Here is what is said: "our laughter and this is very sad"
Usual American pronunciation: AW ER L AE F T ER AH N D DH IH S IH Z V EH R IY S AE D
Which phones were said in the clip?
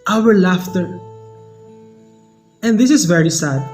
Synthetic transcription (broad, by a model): AW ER L AE F T ER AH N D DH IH S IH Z V EH R IY S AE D